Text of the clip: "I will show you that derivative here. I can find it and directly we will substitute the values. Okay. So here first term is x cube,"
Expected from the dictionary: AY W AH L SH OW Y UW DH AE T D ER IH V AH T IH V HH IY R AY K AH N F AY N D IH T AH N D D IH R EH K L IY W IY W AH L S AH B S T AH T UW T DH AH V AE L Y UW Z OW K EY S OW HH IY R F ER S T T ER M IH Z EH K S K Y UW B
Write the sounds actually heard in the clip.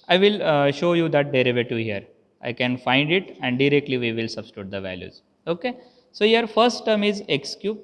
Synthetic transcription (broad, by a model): AY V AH L SH OW Y UW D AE T D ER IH V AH T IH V HH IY R AY K AH N F AY N D IH T AH N D D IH R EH K L IY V IY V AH L S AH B S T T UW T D AH V AE L Y UW Z OW K EY S OW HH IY R F ER S T T ER M IH Z EH K S K Y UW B